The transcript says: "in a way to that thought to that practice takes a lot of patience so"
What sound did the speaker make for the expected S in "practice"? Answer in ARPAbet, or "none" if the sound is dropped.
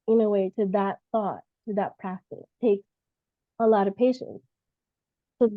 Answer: none